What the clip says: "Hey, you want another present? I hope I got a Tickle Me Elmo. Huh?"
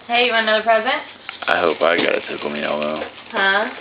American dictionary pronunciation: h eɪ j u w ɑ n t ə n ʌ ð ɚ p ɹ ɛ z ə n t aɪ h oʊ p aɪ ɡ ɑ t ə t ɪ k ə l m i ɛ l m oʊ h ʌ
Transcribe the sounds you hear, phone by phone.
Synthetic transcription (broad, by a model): h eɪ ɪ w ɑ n ə ʌ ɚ p ɹ ɛ z ə n t aɪ h oʊ p aɪ ɡ ɑ t ə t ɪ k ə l m i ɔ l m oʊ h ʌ